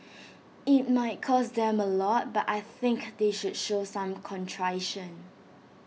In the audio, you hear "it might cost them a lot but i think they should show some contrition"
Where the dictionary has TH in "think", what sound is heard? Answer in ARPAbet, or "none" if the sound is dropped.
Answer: TH